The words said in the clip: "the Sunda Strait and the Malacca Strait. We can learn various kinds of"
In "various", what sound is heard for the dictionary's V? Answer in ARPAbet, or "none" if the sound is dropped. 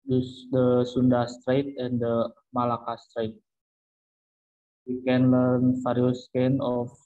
F